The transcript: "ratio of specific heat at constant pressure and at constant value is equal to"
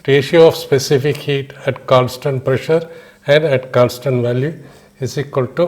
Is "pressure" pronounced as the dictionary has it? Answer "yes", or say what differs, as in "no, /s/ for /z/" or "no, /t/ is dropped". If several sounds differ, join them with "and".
yes